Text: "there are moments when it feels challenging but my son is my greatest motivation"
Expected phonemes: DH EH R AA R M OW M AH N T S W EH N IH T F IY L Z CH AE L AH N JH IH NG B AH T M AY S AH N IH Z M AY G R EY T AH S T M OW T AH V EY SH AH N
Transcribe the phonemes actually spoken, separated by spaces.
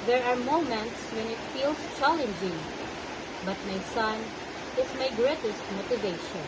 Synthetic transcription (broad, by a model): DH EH R AA R M OW M AH N T S W EH N IH T F IY L S CH AE L AH N JH IH NG B AH T M AY S AH N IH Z M AY G R EY T AH S T M OW T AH V EY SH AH N